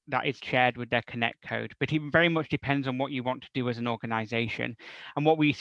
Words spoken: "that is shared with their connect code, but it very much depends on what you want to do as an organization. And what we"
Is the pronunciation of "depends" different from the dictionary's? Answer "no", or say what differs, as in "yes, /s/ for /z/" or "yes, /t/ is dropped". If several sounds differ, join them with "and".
no